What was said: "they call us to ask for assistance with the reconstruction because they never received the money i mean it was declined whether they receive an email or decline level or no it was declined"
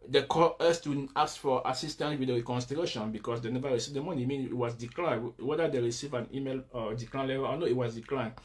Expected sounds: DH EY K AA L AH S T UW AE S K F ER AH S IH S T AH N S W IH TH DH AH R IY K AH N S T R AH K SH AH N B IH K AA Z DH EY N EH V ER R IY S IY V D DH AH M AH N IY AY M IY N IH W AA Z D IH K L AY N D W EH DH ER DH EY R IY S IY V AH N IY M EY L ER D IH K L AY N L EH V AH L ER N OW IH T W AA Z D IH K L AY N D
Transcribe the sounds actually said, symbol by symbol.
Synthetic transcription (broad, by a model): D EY K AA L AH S T UW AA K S F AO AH S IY S T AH N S W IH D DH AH R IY K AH N S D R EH SH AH N B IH K AA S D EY N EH V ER R IY S IY V D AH M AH N IY M IY N IH W AA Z D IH K L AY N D W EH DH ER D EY R IY S IY V AH N IY M EY L D IH K L AY N L EH V AH L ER N OW IH T W AA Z D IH K L AY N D